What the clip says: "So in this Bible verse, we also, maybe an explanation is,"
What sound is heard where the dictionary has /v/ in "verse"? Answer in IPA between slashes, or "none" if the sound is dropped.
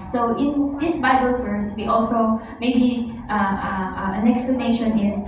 /f/